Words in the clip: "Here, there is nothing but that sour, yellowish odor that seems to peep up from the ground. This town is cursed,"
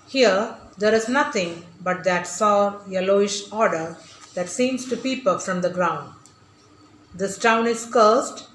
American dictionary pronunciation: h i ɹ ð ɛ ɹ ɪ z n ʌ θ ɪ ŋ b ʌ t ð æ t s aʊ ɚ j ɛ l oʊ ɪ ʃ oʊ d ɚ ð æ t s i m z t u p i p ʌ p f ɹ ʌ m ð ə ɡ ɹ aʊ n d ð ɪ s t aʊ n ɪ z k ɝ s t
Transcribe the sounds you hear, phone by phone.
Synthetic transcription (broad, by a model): h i ɹ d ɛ ɹ ɪ z n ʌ t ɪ ŋ b ʌ t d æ t s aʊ j ɛ l oʊ ɪ ʃ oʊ d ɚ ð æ t s i m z t u p i p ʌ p f ɹ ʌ m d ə ɡ ɹ aʊ n d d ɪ s t aʊ n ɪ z k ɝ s t